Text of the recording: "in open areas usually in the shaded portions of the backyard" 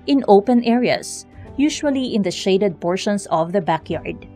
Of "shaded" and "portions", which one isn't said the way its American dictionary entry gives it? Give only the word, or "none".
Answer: portions